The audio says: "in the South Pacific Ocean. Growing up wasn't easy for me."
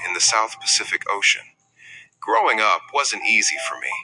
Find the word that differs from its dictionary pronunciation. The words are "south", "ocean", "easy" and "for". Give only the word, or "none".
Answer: none